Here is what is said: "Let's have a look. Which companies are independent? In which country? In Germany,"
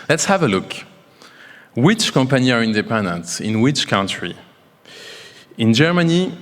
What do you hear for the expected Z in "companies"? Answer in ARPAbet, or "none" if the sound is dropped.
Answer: none